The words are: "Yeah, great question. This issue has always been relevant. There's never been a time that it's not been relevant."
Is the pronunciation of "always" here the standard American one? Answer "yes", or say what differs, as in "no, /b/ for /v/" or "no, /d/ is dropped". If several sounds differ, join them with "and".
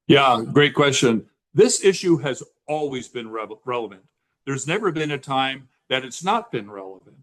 yes